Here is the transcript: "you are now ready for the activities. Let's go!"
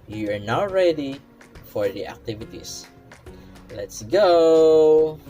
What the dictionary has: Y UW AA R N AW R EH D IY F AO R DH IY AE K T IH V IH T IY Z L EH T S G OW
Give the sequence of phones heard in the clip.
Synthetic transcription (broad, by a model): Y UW AA R N AW R EH D IY F AO R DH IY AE K T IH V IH T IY S L EH T S G OW